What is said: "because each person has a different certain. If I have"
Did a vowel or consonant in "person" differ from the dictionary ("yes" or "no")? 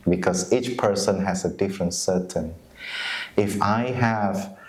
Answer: no